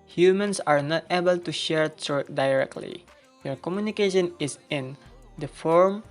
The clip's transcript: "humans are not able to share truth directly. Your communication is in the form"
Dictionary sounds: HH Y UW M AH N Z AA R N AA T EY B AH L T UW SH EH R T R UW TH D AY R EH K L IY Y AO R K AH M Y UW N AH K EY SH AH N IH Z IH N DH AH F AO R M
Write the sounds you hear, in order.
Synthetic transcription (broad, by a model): HH Y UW M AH N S AA R N AA T EY B AH L T UW SH EH R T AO T D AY R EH K L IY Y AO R K AH M Y UW N AH K EY SH AH N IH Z IH N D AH F AO R M